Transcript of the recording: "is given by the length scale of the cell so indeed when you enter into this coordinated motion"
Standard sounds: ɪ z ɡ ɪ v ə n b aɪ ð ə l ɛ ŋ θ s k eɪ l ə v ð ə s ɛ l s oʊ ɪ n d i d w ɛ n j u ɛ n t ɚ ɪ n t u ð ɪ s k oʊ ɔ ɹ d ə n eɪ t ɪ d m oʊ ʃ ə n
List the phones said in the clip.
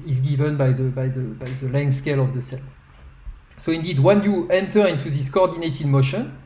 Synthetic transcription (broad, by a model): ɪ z ɡ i v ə n b aɪ ð ə l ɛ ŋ s k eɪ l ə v ð ə s ɛ l s oʊ ɪ n d i d w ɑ n j u ɛ n t ɚ ɪ n t u ð ɪ s k oʊ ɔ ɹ d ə n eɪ t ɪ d m oʊ ʃ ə n